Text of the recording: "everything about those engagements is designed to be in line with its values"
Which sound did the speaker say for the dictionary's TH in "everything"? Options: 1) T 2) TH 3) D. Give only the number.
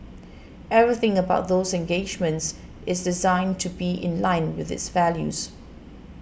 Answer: 2